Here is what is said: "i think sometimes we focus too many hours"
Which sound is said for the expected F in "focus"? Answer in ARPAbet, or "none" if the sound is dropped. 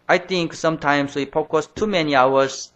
P